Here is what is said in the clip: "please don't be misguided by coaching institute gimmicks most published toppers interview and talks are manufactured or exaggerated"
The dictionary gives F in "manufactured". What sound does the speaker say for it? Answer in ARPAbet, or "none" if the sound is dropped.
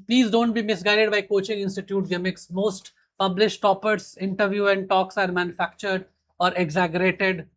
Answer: F